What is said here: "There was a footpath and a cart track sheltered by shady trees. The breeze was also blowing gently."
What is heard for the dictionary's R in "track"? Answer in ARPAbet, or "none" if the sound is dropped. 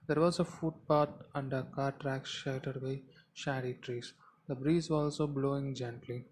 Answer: R